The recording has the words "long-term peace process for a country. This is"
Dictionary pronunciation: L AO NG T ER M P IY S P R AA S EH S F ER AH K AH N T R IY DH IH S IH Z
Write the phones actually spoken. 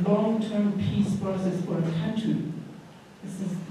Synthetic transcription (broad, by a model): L AO NG T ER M P IY S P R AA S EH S F ER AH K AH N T IY DH IH S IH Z